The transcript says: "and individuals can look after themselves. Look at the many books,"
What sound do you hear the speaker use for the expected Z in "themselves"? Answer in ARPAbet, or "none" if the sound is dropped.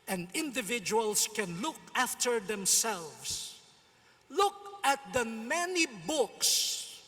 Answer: S